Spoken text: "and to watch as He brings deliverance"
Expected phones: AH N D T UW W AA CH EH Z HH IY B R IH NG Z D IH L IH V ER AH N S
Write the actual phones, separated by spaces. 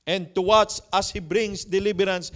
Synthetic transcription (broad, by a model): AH N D T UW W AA S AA S HH IY B R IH NG S D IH L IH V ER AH N S